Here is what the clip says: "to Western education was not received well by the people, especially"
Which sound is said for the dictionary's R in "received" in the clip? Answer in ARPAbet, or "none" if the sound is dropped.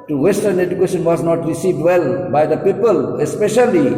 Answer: R